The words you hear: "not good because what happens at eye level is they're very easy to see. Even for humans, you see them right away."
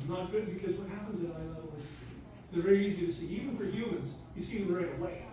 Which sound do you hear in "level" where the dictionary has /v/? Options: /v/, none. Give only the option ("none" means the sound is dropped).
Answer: none